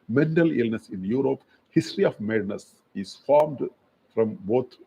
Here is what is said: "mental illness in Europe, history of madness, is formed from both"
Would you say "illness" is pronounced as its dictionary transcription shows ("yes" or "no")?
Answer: yes